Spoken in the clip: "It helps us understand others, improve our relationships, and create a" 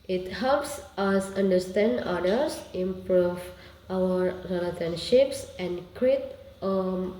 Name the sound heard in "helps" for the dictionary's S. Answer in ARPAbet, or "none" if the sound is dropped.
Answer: S